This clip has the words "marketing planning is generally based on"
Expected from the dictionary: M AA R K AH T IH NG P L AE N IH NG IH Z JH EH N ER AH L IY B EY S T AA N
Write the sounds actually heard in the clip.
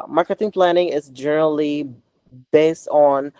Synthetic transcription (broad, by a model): M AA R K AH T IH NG P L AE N IH NG IH Z JH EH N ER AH L IY B EY S T N